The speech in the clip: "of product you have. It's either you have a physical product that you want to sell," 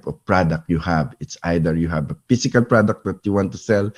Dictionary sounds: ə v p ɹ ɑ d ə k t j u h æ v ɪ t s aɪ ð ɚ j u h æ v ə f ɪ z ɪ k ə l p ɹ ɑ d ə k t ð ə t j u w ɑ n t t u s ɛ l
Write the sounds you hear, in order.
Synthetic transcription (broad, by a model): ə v p ɹ ɑ d ə k t j u h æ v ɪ t s aɪ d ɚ j u h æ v ə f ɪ s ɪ k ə l p ɹ ɑ d ə k t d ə t j u w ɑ n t t u s ɛ l